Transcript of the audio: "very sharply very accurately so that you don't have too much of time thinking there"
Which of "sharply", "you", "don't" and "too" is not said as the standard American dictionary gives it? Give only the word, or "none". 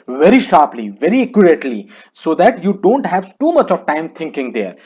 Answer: none